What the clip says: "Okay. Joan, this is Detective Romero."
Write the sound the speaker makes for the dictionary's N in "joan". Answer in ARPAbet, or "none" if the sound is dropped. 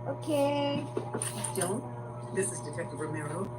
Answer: L